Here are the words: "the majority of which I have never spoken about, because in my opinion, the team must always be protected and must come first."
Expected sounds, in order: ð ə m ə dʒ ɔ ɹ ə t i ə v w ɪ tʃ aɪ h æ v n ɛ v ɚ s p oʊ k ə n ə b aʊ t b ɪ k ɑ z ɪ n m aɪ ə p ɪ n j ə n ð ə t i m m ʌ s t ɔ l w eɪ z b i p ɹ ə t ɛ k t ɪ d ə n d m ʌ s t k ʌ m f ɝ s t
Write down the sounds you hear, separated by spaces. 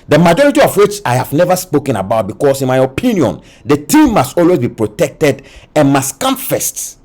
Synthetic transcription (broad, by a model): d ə m ə dʒ ɔ ɹ ə t i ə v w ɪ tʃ aɪ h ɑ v n ɛ v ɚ s p oʊ k ə n ə b aʊ t b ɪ k ɑ s ɪ n m aɪ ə p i n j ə n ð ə t i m m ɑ s t ɔ l w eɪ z b i p ɹ ə t ɛ k t ɪ d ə n m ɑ s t k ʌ m f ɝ s t